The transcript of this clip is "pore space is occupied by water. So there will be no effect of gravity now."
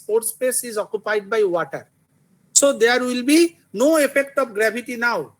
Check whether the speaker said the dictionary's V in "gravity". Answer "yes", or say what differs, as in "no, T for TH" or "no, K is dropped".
no, B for V